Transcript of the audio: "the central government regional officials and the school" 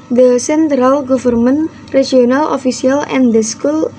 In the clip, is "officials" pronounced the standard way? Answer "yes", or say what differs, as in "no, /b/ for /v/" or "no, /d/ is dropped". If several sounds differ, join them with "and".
no, /s/ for /ʃ/ and /z/ is dropped